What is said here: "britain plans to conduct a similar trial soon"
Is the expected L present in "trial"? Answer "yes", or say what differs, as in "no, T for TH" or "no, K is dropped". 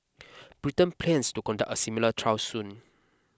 no, W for L